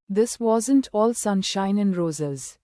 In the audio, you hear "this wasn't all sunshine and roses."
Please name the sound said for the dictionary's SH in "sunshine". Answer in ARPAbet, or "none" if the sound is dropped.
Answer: SH